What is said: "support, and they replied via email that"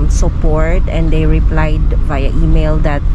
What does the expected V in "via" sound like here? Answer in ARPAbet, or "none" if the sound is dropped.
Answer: B